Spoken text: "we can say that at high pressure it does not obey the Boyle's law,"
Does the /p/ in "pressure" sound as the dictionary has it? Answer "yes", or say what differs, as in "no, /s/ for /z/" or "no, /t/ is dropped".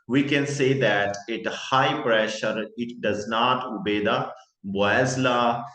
yes